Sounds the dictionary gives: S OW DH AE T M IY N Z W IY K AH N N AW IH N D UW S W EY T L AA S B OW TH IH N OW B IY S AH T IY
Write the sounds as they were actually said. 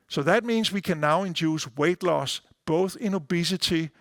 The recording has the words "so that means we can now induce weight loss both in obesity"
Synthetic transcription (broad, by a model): S OW DH AE T M IY N Z W IY K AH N N AW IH N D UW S W EY T L AA S B OW TH IH N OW B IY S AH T IY